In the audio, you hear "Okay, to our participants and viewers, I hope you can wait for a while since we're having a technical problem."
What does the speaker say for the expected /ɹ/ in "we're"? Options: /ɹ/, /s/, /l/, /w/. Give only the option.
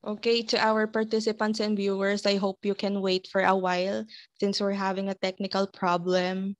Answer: /ɹ/